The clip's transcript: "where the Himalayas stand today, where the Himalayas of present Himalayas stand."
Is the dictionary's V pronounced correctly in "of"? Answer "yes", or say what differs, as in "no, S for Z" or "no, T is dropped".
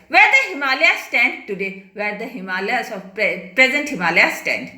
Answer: no, P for V